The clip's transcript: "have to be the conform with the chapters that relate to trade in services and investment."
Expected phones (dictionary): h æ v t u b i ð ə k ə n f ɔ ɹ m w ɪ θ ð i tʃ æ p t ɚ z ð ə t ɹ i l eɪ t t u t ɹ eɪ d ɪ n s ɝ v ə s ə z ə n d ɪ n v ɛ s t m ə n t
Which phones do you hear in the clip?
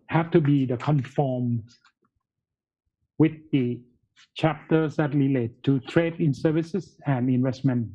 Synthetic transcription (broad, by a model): h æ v t u b i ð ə k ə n f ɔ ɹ m w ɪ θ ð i tʃ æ p t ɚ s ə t l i l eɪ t t u t ɹ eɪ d ɪ n s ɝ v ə s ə s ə n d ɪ n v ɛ s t m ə n